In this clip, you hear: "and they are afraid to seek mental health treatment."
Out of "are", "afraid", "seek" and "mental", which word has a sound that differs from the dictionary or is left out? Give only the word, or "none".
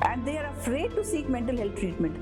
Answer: none